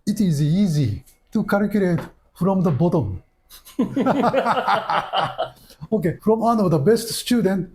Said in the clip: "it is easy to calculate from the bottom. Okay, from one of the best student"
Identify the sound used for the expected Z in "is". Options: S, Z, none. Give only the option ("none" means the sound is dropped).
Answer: Z